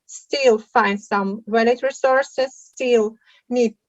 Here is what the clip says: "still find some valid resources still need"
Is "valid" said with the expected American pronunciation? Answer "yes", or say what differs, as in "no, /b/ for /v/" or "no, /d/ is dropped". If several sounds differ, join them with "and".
no, /w/ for /v/